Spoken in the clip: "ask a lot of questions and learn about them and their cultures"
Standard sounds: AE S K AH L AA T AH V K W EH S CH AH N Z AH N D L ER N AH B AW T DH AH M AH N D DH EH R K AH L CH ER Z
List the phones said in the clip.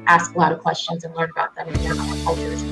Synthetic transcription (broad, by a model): AE S K AH L AA T AH V K W EH S CH AH N Z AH N L ER N AH B AW T DH AH M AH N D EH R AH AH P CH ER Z